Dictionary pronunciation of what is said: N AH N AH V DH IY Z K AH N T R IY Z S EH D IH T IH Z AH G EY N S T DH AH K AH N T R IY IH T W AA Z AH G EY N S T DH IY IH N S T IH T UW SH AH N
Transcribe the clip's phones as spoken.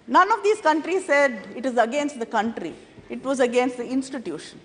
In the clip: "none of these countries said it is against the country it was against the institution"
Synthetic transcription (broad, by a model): N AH N AH V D IY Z K AH N T R IY Z S EH D IH T IH Z AH G EY N S T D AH K AH N T R IY IH T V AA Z AH G EY N S T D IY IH N S T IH T UW SH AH N